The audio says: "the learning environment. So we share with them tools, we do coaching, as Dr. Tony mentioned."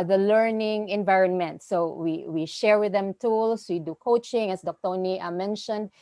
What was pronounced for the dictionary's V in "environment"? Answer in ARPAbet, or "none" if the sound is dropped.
V